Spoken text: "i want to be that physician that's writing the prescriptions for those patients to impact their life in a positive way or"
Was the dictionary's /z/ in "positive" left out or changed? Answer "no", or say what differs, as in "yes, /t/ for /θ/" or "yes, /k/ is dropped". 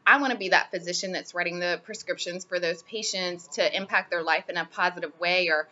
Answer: no